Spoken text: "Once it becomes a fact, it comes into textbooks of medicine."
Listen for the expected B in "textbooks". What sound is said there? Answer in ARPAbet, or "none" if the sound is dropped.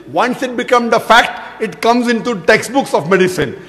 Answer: B